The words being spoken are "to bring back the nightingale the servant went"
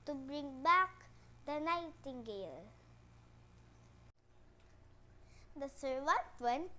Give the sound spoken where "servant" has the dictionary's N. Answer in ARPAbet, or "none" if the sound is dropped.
none